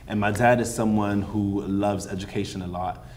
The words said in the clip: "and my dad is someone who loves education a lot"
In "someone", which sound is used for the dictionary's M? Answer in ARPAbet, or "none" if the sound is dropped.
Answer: M